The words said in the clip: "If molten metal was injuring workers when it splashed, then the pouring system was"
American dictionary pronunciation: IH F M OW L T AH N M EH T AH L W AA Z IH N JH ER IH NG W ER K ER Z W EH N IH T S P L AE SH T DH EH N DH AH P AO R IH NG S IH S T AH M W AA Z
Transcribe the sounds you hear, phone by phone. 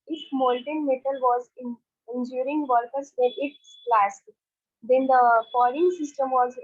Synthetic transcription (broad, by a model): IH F M OW L T AH N M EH T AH L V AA Z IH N JH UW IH NG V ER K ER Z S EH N IH T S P L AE S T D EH N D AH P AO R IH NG S IH S T AH M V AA Z